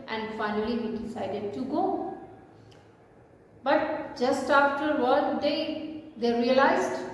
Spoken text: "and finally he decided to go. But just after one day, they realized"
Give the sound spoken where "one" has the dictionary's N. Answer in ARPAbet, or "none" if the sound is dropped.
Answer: L